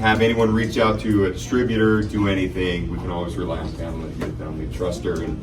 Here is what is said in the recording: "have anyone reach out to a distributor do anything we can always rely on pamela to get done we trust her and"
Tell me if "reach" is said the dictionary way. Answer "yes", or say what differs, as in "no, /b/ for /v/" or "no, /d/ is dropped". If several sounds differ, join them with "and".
yes